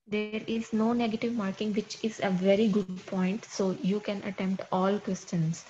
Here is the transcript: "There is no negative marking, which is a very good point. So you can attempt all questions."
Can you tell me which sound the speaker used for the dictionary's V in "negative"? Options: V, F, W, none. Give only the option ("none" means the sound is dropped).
V